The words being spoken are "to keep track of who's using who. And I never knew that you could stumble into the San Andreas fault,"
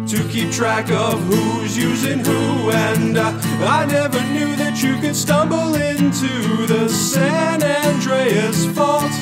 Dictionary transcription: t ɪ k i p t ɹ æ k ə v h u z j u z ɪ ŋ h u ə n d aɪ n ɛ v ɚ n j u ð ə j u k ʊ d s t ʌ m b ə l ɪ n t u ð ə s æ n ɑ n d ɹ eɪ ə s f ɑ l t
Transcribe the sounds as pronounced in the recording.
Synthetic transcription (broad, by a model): t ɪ k i p t ɹ æ k ə v h u z j u z ɪ ŋ h u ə n aɪ n ɛ v ɚ n j u ð ə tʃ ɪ k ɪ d s t ʌ m b l ɪ n t u ð ə s æ n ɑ n d ɹ eɪ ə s f ɑ l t